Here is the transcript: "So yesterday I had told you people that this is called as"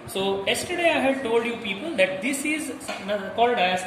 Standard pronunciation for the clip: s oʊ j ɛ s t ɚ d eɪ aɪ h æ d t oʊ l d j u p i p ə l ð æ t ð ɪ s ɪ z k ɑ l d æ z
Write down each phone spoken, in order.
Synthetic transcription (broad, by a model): s oʊ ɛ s t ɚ d eɪ aɪ h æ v t oʊ l d j u p i p ə l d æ t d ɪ s ɪ z k ɑ l d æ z